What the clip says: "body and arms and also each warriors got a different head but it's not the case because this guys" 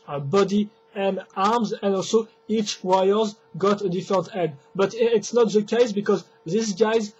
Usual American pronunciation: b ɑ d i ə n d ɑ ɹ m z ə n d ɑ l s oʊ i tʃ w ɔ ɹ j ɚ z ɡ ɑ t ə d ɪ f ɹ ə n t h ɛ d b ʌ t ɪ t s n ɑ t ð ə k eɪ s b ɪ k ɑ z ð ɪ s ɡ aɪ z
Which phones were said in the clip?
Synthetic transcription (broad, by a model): b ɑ d i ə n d ɑ ɹ m z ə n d ɑ l s oʊ i tʃ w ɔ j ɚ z ɡ ɑ t ə d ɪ f ɹ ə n t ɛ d b ʌ t ɪ t s n ɑ t ð ə k eɪ s b ɪ k ɑ z ð ɪ s ɡ aɪ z